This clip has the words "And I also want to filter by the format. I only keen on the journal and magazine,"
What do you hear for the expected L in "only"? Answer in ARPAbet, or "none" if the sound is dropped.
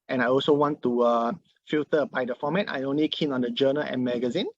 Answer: L